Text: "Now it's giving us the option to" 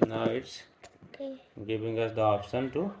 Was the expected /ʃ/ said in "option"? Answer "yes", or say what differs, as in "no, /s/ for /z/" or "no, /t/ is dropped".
no, /s/ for /ʃ/